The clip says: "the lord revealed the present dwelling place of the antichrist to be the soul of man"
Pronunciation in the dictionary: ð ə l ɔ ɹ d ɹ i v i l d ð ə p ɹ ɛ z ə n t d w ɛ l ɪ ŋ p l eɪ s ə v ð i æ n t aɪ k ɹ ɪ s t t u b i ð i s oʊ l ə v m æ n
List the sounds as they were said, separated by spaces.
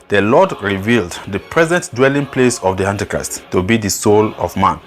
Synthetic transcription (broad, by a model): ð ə l ɔ d ɹ i v i l d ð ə p ɹ ɛ z ə n t d w ɛ l ɪ ŋ p l eɪ s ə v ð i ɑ n t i k ɹ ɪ s t t u b i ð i s oʊ l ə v m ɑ n